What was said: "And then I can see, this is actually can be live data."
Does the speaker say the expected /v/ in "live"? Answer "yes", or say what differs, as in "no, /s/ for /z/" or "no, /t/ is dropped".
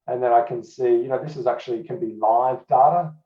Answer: yes